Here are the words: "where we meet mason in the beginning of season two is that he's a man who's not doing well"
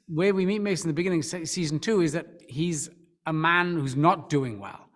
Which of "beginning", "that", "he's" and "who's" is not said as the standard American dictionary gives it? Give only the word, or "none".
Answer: none